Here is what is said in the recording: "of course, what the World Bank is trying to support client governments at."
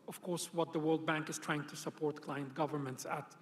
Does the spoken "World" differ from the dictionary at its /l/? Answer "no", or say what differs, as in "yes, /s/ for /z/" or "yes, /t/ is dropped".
no